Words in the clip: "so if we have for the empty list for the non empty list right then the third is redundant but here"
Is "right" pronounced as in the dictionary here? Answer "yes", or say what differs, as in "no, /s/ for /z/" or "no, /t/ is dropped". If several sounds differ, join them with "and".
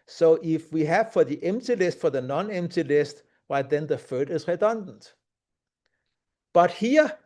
no, /w/ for /ɹ/